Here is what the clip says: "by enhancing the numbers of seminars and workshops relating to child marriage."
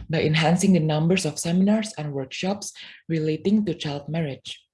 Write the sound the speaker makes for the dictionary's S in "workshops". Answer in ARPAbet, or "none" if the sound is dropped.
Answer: S